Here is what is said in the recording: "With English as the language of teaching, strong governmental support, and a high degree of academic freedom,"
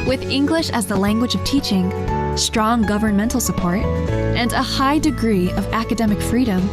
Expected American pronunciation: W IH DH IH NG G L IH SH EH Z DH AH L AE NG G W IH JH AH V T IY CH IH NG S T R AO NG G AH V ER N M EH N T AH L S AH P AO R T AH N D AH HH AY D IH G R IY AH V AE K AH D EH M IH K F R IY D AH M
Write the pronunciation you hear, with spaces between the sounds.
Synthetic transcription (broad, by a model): W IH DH IH NG G L IH SH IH Z DH AH L AE NG G W IH JH AH V T IY CH IH NG S T R AO NG G AH V ER N M EH N T L S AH P AO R T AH N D AH HH AY D IH G R IY AH V AE K AH D EH M IH K F R IY D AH M